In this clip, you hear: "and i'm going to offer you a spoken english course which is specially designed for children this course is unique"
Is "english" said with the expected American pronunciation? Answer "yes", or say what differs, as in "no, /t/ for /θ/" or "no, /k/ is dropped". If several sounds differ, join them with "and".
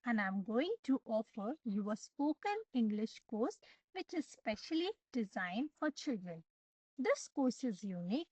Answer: yes